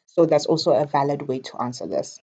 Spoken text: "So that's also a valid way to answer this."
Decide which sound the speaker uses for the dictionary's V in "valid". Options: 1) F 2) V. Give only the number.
2